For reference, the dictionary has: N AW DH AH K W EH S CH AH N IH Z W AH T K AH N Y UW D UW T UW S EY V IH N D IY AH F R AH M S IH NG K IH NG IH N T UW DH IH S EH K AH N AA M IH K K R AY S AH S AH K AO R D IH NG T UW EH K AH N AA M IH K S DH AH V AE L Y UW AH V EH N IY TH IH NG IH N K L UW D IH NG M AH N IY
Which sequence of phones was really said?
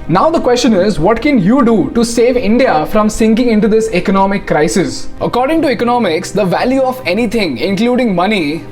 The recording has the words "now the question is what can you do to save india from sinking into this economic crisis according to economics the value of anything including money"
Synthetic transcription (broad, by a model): N AW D AH K W EH S CH AH N IH Z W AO T K AH N Y UW D UW T UW S EY V IH N D IY AH F R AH M S IH NG K IH NG IH N T UW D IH S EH K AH N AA M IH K K R AY S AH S AH K AO R D IH NG T UW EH K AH N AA M IH K S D AH V AE L Y UW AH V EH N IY T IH NG IH N K L UW D IH NG M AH N IY